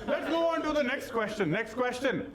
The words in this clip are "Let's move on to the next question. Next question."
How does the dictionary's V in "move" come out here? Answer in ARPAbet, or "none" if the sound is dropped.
none